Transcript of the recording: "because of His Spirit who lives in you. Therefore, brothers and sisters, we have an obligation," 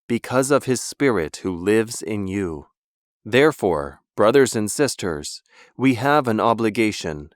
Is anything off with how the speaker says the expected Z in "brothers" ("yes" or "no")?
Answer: no